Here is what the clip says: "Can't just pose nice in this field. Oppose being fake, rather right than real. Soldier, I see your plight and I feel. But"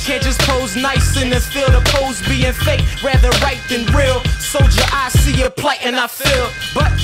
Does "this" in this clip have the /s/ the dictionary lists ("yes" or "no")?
no